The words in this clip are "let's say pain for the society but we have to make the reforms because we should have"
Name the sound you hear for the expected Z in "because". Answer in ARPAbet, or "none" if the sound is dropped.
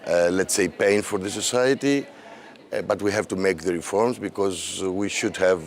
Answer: Z